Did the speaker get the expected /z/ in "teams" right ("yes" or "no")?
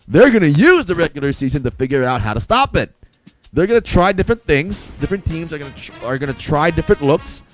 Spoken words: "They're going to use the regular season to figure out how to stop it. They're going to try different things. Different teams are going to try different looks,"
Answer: yes